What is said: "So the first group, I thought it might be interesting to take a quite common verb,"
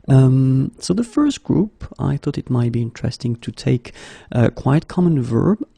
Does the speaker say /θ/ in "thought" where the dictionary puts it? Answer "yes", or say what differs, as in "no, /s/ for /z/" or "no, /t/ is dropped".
yes